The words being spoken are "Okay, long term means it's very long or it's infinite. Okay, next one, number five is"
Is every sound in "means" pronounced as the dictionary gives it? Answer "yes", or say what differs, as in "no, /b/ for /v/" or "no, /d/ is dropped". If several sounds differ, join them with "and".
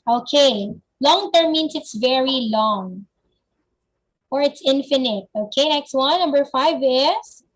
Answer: no, /s/ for /z/